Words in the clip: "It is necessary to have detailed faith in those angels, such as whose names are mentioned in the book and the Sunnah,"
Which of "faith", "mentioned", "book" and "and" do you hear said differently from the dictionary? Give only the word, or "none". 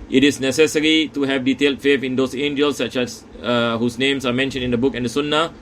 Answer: faith